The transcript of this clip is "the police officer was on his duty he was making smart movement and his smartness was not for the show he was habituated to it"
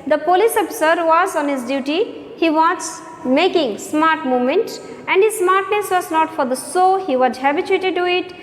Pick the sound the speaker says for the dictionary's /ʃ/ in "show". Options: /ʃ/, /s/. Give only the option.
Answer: /s/